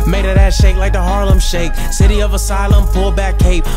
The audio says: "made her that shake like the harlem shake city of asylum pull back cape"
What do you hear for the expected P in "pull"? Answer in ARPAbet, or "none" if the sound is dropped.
F